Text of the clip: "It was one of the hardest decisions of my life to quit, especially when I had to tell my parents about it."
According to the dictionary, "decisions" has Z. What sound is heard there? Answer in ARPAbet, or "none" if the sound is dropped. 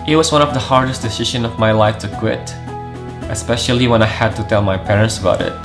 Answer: none